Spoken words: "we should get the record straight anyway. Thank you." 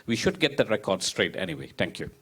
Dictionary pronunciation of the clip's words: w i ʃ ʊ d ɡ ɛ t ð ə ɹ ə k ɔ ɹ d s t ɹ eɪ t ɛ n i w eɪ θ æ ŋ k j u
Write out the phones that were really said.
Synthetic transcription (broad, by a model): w i ʃ ʊ d ɡ ɛ t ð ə ɹ ə k ɔ ɹ d s t ɹ eɪ t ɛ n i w eɪ t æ ŋ k j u